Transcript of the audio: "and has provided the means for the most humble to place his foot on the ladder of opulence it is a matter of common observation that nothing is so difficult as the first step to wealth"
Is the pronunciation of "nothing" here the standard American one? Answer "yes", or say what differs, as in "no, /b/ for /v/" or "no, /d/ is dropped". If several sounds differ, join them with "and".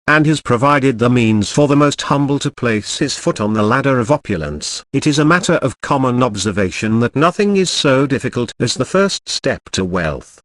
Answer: yes